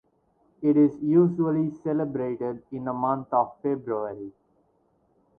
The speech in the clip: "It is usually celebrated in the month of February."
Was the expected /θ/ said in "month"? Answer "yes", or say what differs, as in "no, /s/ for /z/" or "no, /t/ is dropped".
no, /t/ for /θ/